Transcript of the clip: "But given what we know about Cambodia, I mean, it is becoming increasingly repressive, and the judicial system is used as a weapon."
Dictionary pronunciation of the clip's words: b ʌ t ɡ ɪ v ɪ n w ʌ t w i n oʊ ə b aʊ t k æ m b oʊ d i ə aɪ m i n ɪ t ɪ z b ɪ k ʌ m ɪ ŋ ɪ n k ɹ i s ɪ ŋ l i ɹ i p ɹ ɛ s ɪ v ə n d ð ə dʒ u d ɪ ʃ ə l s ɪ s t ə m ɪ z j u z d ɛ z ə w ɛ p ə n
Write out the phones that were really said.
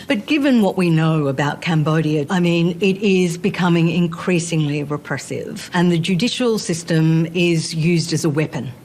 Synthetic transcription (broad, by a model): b ʌ t ɡ ɪ v ɪ n w ʌ t w i n oʊ ə b aʊ t k æ m b oʊ d i ə aɪ m i n ɪ t ɪ z b ɪ k ʌ m ɪ ŋ ɪ n k ɹ i s ɪ ŋ l i ɹ i p ɹ ɛ s ɪ v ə n ð ə dʒ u d ɪ ʃ l s ɪ s t ə m ɪ z j u z d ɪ z ə w ɛ p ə n